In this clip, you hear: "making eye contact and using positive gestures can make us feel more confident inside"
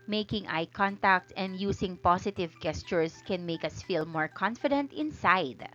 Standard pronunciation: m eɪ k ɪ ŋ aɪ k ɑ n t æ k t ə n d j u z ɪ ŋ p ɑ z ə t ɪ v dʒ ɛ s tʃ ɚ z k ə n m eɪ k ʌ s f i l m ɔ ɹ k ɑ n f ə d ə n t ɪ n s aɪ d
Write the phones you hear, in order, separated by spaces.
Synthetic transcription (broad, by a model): m eɪ k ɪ ŋ aɪ k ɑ n t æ k t ə n d j u s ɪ ŋ p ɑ s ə t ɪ v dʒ ɛ s tʃ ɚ s k ə n m eɪ k ʌ s f i l m ɔ ɹ k ɑ n f ə d ə n t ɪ n s aɪ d